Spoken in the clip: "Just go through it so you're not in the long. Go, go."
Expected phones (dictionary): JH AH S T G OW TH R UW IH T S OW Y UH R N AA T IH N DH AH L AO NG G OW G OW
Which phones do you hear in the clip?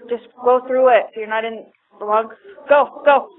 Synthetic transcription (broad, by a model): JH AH S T G OW TH R UW IH T S OW Y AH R N AA T IH N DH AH W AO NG G OW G OW